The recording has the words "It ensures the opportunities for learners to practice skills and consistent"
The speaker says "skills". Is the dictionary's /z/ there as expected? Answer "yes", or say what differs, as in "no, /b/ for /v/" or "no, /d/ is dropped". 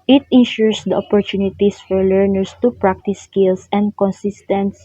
no, /s/ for /z/